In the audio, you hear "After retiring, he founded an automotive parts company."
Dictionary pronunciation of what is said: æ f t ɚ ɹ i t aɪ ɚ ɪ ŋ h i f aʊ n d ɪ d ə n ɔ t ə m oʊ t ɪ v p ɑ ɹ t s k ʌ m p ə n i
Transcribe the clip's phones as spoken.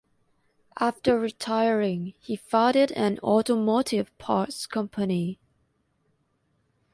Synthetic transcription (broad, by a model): æ f t ɚ ɹ i t aɪ ɚ ɪ ŋ h i f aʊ d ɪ d ə n ɔ t ə m oʊ t ɪ v p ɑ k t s k ʌ m p ə n i